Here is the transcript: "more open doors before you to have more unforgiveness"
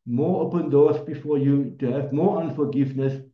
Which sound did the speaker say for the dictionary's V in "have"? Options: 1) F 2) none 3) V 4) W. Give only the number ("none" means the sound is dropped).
3